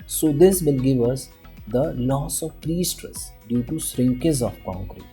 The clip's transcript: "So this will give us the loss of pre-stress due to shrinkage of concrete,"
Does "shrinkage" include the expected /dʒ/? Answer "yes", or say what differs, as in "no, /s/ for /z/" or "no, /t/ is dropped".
no, /z/ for /dʒ/